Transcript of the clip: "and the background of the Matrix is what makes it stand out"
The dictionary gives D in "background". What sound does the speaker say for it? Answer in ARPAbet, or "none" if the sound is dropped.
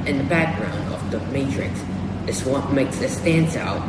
D